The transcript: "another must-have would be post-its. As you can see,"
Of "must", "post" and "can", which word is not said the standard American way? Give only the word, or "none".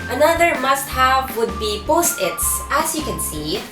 none